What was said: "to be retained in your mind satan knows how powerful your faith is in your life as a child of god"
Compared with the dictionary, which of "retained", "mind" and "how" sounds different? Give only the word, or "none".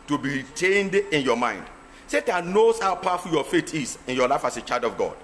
none